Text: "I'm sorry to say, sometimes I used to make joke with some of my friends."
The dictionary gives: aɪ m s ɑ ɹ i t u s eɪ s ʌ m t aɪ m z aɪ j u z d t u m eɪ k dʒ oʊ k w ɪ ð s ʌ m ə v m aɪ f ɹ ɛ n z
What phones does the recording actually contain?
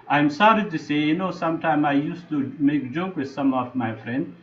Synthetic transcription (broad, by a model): aɪ m s ɑ ɹ i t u s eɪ s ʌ m t aɪ m aɪ j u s t u m eɪ k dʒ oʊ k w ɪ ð s ʌ m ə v m aɪ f ɹ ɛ n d